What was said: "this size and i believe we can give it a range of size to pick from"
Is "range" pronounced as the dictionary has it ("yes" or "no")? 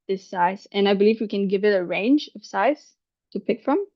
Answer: yes